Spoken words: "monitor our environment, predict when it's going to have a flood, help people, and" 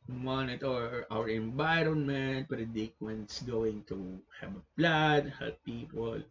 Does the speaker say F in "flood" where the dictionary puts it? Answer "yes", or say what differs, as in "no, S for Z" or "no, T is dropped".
no, P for F